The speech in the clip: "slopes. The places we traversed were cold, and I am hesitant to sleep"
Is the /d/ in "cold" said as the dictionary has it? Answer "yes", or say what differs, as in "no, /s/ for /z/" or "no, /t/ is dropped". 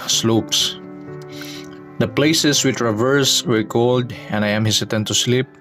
yes